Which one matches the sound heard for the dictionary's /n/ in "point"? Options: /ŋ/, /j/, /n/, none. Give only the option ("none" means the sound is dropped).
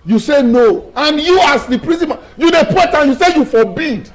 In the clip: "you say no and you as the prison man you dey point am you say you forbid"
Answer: none